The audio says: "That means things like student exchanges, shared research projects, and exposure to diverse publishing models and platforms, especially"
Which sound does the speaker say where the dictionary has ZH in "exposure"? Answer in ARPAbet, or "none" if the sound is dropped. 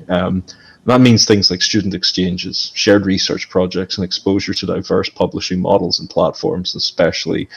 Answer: ZH